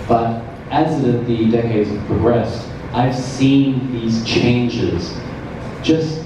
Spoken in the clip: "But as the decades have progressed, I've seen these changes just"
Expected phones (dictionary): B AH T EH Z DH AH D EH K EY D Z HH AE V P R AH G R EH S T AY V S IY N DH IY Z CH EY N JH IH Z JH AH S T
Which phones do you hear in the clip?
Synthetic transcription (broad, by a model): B AH T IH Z DH AH D EH K EY D Z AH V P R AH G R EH S T AY V S IY N DH IY Z CH EY N JH IH Z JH AH S T